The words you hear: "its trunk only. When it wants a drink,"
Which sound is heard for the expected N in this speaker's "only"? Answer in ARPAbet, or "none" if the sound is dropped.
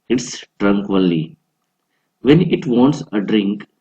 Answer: none